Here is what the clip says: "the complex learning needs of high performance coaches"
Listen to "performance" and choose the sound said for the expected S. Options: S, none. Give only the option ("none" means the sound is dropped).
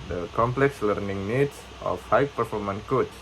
none